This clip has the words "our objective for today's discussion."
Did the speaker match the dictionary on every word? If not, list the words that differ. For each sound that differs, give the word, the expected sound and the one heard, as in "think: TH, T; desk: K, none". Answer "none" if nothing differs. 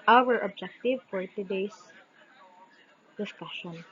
today's: Z, S